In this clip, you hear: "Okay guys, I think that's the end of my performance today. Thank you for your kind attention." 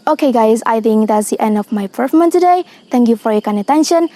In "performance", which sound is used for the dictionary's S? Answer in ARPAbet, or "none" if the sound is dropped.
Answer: none